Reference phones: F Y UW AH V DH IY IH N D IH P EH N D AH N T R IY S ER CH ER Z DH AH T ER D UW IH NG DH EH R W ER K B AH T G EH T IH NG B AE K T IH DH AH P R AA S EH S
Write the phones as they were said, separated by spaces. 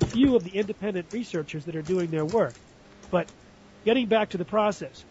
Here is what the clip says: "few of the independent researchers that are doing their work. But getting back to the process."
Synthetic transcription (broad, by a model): F Y UW AH V DH IY IH N D IH P EH N D AH N T R IY S ER CH ER Z DH AH T ER D UW IH NG DH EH R W ER K B AH T G EH T IH NG B AE K T IH DH AH P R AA S EH S